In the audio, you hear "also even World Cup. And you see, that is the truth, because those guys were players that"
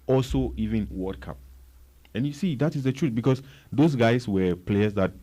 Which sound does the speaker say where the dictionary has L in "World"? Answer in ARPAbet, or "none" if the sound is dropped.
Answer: none